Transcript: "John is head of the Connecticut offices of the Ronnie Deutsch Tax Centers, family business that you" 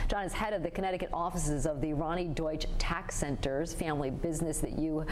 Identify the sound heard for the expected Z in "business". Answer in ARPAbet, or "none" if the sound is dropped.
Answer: Z